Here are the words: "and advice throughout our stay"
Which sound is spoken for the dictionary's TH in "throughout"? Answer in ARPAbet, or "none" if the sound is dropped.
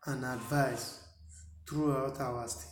T